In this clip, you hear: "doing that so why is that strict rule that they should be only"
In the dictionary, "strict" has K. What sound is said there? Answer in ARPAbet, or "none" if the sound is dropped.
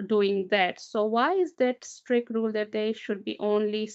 K